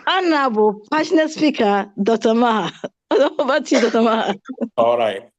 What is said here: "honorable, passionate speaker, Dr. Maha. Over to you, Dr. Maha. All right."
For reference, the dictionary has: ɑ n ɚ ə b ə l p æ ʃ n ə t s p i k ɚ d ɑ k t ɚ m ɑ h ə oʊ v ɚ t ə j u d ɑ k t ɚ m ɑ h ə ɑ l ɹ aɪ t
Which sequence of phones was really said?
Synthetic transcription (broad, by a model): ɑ n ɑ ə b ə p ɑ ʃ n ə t s p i k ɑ d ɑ t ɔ m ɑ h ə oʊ b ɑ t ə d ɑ t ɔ m ɑ h ə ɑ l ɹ aɪ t